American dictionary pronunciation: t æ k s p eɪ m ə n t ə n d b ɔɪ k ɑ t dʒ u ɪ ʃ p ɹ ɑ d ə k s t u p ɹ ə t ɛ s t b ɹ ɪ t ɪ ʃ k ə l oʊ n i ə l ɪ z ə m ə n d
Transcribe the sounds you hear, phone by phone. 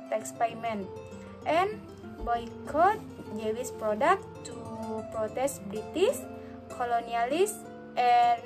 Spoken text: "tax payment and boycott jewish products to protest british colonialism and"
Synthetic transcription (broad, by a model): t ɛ k s p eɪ m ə n t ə n b ɔɪ k ɑ t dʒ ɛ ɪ s p ɹ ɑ d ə k t u p ɹ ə t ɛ s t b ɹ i t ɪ s k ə l oʊ n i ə l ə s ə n